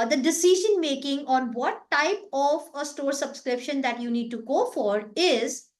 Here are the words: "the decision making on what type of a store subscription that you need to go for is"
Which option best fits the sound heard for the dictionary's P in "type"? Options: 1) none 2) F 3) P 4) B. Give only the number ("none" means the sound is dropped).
3